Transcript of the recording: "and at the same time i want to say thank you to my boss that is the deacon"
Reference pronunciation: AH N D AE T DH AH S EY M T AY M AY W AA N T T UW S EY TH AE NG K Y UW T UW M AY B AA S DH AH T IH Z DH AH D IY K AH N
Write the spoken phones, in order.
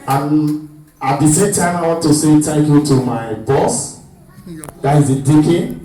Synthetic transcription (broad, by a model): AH N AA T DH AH S EY M T AY M AY W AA N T T UW S EY T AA K Y UW T UW M AY B AA S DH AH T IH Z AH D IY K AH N